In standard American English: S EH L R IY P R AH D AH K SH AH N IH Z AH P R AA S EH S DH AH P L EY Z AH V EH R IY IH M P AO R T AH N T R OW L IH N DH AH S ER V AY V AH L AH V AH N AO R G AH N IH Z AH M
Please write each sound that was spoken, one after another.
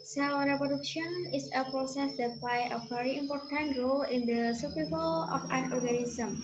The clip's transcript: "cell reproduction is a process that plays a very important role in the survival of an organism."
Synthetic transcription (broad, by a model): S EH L R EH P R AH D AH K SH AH N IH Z AH P R AA S EH S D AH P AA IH AH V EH R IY IH M P AO R T AH N T R OW L IH N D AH S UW P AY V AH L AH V AH N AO R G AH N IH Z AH M